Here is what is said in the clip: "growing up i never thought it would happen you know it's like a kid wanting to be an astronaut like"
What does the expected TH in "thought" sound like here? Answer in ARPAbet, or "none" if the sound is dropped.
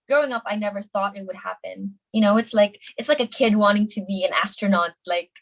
TH